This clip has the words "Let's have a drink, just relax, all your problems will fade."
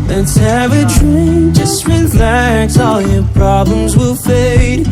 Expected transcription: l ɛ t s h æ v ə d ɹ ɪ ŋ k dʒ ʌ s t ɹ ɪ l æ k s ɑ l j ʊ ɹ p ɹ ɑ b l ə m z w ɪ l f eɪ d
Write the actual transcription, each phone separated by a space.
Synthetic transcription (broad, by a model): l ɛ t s h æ v ə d ɹ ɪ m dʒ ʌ s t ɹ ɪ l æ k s ɑ l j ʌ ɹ p ɹ ɑ b l ə m z w ɪ l f eɪ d